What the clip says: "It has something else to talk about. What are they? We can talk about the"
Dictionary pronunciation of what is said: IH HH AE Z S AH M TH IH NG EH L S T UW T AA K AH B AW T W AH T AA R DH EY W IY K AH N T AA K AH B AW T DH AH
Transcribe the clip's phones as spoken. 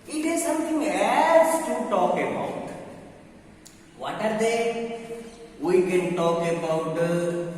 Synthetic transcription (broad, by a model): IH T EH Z S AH M T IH NG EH S T UW T AA K AH B AW T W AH T AA R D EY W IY K AH N T AA K AH B AW T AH